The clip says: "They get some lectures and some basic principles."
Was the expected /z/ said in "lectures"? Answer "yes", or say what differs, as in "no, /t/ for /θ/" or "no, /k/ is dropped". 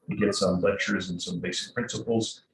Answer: yes